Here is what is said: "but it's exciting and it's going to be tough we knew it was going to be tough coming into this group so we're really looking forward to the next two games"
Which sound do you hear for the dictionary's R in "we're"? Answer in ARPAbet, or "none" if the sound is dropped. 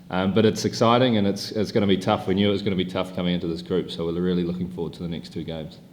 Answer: L